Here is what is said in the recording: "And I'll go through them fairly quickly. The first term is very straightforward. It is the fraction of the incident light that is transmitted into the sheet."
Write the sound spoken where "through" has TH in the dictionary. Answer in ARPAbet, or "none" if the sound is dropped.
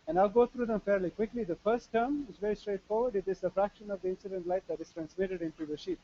T